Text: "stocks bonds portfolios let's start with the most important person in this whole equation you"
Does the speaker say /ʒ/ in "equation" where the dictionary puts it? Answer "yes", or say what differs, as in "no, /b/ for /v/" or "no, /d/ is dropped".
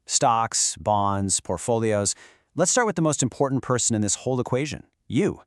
yes